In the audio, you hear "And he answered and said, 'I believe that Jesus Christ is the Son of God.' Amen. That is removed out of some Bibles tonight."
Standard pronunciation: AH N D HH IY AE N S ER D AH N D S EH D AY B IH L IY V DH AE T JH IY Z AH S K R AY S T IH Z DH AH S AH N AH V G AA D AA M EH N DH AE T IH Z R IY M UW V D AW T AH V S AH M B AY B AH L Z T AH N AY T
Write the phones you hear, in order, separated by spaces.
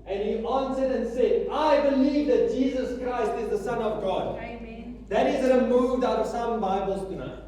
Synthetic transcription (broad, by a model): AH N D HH IY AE N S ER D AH N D S EH D AY B IH L IY V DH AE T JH IY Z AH S K R AY S T IH Z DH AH S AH N AH V G AA D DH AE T IH Z R IY M UW V D AW T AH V S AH M B AY B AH L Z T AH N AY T